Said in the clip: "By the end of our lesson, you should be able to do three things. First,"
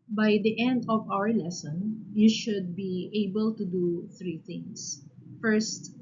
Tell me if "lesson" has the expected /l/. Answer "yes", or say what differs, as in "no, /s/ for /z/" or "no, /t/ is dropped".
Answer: yes